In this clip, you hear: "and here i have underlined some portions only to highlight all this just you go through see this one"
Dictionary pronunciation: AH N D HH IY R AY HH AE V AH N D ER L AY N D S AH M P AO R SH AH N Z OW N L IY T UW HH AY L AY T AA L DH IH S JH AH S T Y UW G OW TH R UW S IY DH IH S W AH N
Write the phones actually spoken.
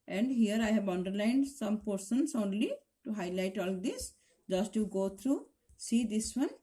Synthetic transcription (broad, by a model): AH N D HH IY R AY HH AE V AH N D ER L AY N D S AH M P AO R S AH N S OW N L IY T UW HH AY L AY T AA L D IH S JH AH S T Y UW G OW T R UW S IY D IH S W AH N